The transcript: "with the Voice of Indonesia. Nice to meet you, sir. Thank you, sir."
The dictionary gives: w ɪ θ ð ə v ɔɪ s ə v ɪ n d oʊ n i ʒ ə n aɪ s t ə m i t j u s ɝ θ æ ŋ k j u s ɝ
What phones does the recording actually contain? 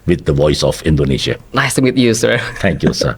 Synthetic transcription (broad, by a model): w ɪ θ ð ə v ɔɪ s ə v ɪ n d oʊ n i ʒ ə l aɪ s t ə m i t j u s ɝ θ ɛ ŋ k j u s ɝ